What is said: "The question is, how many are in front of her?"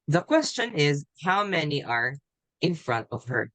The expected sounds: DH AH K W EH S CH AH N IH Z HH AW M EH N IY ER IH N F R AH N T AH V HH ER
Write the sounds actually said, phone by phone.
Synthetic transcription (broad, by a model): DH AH K W EH S CH AH N IH Z HH AW M EH N IY ER IH N F R AH N T AH V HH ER